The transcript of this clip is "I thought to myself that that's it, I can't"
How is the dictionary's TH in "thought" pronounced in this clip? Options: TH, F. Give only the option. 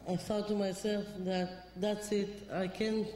F